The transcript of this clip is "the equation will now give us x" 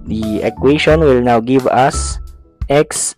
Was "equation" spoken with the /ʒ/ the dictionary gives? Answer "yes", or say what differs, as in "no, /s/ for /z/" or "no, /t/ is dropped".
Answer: no, /ʃ/ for /ʒ/